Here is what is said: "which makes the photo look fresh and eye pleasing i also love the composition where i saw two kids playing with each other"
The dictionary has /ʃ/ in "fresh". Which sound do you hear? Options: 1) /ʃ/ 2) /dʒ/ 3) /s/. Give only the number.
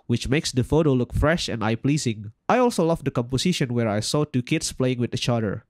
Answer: 1